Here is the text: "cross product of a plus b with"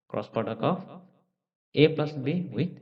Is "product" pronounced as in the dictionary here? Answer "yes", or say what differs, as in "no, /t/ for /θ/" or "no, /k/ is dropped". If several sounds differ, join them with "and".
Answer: no, /ɹ/ is dropped and /t/ is dropped